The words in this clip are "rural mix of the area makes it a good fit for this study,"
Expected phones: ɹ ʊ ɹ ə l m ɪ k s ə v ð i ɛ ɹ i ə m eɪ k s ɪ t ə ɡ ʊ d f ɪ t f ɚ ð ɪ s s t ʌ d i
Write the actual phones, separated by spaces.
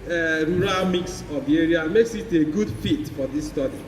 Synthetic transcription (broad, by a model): ɹ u ɹ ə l m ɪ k s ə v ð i ɛ ɹ i ə m eɪ k s ɪ t ə ɡ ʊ d f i t f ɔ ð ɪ s s t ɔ d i